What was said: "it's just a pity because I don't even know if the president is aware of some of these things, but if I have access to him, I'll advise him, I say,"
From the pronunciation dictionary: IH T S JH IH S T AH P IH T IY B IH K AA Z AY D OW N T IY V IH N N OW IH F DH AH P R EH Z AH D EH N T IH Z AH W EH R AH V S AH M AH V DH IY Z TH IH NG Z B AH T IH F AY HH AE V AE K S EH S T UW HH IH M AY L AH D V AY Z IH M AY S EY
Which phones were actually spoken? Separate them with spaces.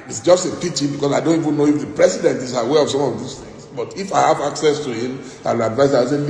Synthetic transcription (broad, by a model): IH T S JH IH S T AH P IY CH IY B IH K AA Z AY D OW N T IY V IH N N OW IH F DH AH P R EH S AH D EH N T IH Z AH W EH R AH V S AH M AH V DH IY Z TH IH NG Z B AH T IH F AY HH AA V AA K S EH S T UW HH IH M AY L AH D V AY IH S AY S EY